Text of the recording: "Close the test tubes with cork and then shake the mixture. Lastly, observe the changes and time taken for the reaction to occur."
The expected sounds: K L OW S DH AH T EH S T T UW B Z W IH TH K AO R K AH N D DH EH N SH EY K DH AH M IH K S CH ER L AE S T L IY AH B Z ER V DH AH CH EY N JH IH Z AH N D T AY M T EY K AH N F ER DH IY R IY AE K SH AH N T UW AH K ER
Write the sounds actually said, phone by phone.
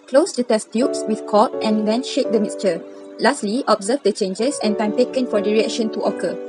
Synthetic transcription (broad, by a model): K L OW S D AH T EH S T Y UW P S W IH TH K AO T AH N D EH N SH EY K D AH M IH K S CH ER L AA S T L IY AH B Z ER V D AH CH EY N JH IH S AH N T AY M T EY K AH N F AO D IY R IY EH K SH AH N T UW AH K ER